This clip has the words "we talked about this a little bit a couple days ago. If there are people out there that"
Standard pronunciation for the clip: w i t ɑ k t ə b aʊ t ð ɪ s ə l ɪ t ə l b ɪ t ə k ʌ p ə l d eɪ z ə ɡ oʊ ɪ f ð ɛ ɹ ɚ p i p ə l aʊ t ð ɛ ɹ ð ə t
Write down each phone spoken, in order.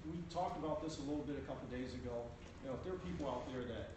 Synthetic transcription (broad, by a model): w i t ɑ k t ə b aʊ t ð ɪ s ə l ɪ t l b ɪ t ə k ʌ p l d eɪ z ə ɡ oʊ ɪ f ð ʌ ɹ ɚ p i p l aʊ t ð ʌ ɹ ð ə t